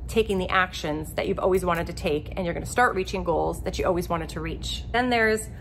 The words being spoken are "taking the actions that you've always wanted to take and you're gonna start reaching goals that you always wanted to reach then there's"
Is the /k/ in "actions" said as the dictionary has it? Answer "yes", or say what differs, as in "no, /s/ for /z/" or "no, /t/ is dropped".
yes